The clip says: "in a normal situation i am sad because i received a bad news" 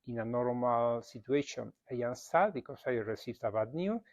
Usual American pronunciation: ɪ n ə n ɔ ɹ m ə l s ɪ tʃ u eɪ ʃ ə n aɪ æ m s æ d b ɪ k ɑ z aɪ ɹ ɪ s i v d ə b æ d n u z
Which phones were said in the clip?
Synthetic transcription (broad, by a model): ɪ n ə n ɔ ɹ m ə l s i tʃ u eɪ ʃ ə n aɪ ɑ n s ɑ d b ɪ k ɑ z aɪ ɹ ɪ s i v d ə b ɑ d n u